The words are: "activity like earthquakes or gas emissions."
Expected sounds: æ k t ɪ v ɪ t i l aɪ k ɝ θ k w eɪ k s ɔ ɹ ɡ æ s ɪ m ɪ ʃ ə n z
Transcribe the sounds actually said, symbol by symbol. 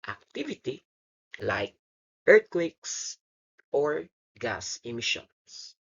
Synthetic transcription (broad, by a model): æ k t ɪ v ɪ t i l aɪ k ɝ t k w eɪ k s ɔ ɹ ɡ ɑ s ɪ m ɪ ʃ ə n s